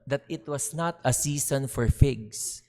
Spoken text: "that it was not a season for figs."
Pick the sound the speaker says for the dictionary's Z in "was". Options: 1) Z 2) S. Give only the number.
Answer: 2